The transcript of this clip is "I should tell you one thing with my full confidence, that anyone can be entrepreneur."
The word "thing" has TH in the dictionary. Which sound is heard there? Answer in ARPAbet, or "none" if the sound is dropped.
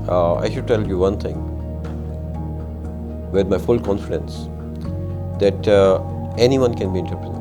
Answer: T